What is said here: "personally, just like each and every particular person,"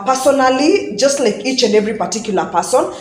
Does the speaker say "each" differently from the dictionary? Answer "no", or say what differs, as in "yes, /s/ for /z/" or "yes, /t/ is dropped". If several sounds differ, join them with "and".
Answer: no